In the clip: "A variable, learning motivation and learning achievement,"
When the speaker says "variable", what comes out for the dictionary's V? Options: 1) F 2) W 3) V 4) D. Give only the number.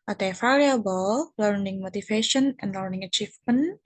1